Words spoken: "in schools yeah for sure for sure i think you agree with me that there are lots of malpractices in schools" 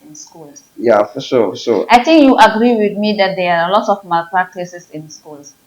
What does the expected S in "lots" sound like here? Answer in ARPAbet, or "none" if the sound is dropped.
none